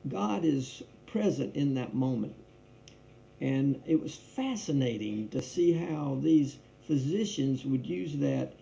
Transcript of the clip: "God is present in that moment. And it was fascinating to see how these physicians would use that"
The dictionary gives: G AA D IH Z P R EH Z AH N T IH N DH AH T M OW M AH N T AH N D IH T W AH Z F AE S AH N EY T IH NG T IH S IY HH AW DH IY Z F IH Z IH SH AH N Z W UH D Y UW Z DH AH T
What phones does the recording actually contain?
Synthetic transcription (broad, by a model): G AA D IH Z P R EH Z AH N T IH N DH AH T M OW M AH N T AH N IH T W AH Z F AE S AH N EY T IH NG T IH S IY HH AW DH IY Z F IH Z IH SH AH N Z W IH D Y UW Z DH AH T